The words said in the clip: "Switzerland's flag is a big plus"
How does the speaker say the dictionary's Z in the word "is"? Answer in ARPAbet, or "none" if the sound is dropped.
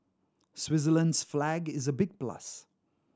Z